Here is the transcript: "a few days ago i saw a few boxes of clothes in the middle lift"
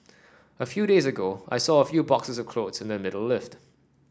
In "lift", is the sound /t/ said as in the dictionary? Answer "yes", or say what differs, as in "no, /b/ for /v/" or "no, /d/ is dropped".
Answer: yes